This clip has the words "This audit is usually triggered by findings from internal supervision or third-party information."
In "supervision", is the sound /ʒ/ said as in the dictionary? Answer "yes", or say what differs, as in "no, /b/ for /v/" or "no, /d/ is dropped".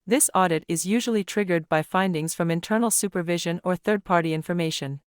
yes